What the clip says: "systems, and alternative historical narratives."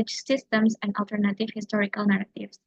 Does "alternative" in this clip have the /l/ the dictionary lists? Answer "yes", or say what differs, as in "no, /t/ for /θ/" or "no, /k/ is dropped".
yes